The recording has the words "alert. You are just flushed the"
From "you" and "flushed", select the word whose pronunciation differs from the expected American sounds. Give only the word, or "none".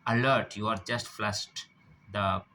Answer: flushed